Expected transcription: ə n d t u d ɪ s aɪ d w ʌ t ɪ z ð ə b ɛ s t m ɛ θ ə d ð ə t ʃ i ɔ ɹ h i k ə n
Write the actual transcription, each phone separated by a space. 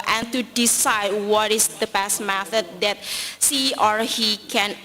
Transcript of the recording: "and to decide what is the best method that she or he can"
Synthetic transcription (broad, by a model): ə n t u d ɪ s aɪ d w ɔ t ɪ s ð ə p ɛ s m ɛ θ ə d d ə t s i ɔ ɹ h i k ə n